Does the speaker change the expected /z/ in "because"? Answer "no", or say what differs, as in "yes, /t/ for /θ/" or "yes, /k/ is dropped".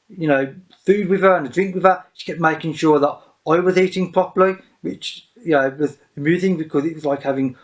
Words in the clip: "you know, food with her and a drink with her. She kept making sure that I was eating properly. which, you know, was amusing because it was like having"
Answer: no